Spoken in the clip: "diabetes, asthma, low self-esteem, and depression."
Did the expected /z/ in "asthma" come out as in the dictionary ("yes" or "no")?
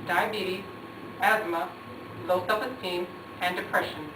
yes